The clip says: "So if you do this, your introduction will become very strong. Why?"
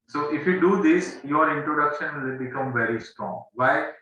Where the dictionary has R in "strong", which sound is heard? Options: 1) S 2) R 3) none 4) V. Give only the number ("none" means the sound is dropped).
2